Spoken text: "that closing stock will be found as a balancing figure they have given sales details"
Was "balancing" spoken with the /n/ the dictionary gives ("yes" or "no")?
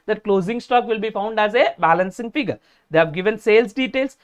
yes